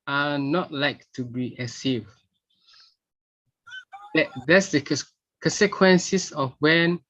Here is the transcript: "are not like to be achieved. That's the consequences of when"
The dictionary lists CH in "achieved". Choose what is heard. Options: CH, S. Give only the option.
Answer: S